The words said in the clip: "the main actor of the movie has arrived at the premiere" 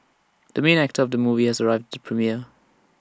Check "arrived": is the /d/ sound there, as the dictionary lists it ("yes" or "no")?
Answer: yes